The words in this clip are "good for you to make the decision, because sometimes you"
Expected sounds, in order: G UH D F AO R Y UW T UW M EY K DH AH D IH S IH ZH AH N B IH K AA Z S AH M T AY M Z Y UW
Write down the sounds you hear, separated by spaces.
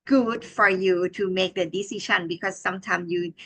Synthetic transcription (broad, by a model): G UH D F AO R Y UW T UW M EY K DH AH D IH S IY SH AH N B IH K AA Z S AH M T AY M S Y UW